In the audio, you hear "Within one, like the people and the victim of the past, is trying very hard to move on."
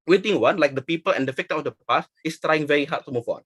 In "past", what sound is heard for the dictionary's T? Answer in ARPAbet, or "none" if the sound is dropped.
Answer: none